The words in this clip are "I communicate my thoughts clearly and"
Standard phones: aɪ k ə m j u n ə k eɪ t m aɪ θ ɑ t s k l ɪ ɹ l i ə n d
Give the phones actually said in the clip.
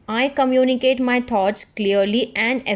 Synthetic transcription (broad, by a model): aɪ k ə m j u n ə k eɪ t m aɪ t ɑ t s k l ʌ ɹ l i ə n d